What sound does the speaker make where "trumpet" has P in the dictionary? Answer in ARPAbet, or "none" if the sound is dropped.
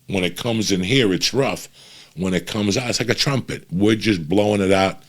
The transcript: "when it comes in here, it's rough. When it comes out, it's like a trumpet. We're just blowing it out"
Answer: P